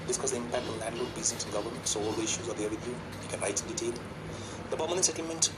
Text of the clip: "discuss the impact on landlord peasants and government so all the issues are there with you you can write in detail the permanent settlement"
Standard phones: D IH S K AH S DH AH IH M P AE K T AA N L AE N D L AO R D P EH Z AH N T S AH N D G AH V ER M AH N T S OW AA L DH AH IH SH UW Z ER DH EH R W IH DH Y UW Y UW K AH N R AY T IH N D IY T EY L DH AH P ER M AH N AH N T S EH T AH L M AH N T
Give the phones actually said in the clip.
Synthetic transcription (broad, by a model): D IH S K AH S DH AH IH M P AE K T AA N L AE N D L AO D B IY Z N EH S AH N G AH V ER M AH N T S OW AA L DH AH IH SH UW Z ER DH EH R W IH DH Y UW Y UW K AH N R AY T IH N D IY T EY L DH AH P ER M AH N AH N S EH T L M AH N T